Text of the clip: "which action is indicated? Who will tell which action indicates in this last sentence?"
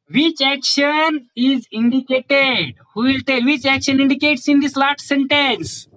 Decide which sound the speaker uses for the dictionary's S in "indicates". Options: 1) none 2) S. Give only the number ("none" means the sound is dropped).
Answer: 2